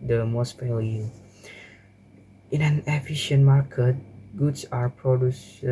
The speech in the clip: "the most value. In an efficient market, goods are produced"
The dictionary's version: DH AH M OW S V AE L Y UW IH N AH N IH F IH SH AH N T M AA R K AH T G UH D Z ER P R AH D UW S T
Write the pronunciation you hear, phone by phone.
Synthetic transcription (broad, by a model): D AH M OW S P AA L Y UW IH N AH N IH F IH SH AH N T M AA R K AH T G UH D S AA P R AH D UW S